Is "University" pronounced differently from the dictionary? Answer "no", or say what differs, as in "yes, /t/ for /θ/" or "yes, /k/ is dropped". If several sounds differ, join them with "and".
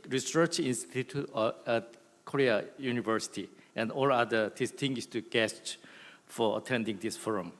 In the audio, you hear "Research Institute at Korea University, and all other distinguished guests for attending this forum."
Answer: no